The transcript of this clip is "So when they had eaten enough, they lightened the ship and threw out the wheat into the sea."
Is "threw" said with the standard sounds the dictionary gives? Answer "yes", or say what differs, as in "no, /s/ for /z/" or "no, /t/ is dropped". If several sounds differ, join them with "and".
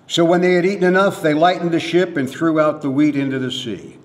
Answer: yes